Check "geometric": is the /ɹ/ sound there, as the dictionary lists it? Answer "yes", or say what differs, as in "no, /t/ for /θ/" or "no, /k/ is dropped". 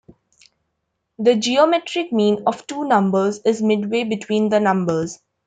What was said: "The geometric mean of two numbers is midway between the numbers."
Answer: yes